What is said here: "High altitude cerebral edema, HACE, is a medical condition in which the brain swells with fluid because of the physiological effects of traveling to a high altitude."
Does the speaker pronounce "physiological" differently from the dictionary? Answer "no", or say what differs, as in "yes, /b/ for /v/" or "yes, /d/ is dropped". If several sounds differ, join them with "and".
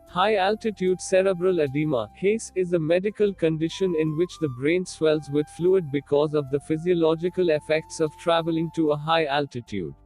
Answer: no